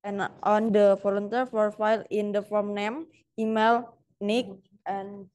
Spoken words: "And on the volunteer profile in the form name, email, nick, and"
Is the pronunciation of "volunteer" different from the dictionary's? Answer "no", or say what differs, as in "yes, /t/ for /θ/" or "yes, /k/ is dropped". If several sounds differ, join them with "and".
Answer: yes, /f/ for /v/